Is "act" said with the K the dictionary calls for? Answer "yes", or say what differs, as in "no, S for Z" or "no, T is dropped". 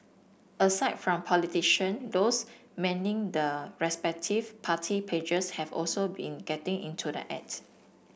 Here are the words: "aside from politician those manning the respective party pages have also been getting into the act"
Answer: no, K is dropped